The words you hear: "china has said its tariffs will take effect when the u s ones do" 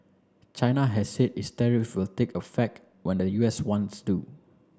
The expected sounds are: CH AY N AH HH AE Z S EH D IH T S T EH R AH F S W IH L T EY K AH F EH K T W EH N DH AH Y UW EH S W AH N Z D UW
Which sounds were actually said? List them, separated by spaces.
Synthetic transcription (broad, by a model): CH AY N AH HH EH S S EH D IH S T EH R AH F W IH L T EY K AH F EH K T W EH N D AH Y UW EH S W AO N S D UW